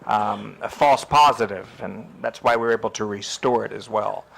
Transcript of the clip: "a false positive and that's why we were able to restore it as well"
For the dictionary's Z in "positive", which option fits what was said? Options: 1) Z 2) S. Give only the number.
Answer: 1